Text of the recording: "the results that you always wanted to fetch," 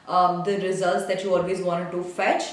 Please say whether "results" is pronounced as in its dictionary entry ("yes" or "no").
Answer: yes